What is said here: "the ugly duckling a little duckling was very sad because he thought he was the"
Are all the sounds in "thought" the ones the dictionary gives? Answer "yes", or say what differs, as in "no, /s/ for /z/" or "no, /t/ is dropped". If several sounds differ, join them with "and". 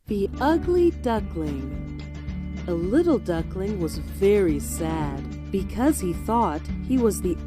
yes